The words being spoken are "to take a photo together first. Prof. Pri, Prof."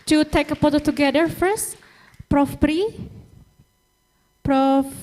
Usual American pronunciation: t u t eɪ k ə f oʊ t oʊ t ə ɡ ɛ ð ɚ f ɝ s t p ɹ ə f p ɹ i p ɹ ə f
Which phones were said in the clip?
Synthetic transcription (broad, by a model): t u t eɪ k ə p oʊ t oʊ t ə ɡ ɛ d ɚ f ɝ s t p ɹ ə f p ɹ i p ɹ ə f